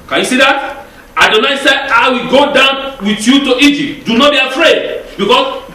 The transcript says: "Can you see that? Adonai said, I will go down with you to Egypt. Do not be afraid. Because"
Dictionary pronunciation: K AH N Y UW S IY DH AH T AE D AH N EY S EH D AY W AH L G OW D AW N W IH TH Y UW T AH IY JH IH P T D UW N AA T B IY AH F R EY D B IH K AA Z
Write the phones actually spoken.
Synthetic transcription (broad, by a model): K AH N Y UW S IY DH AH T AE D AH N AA S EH AY W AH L G OW D AW N W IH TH Y UW T AH IY JH IH P T D UW N AA T B IY AH F R EY D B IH K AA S